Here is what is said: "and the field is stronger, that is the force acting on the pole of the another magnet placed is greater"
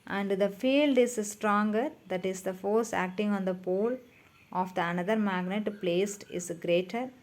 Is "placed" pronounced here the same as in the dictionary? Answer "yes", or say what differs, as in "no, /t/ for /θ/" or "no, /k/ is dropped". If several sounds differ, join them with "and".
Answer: yes